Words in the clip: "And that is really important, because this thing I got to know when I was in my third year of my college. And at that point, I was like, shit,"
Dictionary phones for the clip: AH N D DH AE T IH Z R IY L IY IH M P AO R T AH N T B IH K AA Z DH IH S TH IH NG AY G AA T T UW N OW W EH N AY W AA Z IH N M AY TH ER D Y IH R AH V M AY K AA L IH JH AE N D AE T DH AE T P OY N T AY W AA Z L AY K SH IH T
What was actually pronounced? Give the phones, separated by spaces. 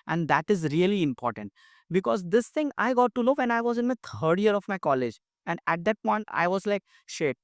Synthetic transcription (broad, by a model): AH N D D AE T IH Z R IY L IY IH M P AO R T AH N T B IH K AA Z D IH S T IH NG AY G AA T T UW L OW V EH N AY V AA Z IH N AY T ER D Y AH R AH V M AY K AA L IH JH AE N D AE T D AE T P OY N T AY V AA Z L AY K SH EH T